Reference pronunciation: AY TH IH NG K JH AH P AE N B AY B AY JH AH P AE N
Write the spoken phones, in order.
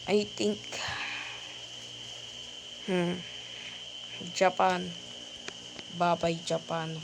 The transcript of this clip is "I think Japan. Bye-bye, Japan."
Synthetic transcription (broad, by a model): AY T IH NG K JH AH P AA N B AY B AY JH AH P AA N